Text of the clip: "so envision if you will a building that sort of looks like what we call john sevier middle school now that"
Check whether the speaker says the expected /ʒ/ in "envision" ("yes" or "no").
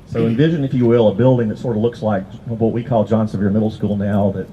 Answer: yes